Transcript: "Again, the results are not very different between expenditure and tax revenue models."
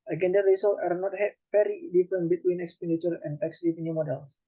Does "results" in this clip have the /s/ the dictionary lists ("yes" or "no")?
no